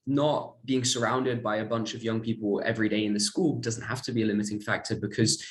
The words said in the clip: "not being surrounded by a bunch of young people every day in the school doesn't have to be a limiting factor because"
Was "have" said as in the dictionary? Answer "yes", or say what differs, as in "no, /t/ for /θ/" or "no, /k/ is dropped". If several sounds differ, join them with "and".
no, /f/ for /v/